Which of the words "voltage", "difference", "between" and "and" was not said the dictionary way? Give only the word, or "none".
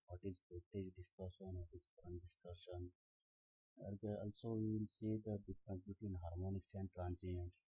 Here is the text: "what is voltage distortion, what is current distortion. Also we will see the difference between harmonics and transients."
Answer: voltage